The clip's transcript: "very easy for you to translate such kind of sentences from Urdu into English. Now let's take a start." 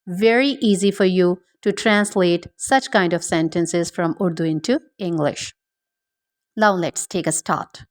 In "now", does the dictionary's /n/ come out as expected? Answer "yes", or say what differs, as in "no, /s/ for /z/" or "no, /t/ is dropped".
no, /l/ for /n/